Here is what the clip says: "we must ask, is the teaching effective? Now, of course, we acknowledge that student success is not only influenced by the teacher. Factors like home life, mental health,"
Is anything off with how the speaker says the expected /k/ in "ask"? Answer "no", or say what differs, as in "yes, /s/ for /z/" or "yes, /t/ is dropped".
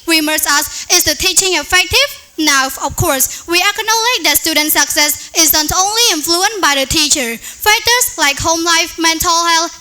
yes, /k/ is dropped